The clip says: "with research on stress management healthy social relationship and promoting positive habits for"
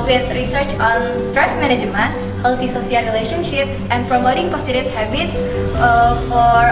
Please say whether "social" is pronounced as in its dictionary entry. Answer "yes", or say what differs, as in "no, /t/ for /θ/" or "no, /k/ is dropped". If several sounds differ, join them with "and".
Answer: no, /s/ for /ʃ/